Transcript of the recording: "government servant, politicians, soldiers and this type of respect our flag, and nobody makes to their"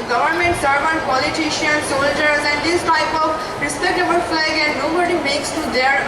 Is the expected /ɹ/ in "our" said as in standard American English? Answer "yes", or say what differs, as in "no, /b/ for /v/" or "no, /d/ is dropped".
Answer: no, /l/ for /ɹ/